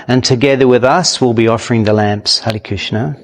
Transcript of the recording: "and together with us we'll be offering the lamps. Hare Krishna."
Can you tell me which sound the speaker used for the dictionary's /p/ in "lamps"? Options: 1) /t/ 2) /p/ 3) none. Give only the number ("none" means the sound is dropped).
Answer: 2